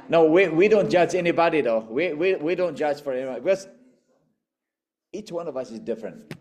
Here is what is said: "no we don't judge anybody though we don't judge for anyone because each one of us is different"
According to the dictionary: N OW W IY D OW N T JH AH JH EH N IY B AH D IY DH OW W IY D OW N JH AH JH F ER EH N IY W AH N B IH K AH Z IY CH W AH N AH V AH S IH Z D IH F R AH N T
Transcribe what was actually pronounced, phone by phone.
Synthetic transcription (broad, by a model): N OW W IY D OW N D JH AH JH EH N IY B AH D IY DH OW W IY D OW N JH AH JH F ER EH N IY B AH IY B IH K AH Z IY CH W AH N AH V AH S IH Z D IH F R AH N T